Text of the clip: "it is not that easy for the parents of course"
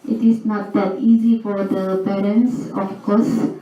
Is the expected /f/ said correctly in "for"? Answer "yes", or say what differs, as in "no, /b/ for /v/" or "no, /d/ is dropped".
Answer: yes